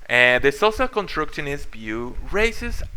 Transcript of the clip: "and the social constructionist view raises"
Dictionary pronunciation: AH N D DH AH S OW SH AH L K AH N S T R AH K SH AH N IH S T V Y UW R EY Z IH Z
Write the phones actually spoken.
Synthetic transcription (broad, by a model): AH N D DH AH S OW S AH K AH N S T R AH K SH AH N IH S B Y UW R EY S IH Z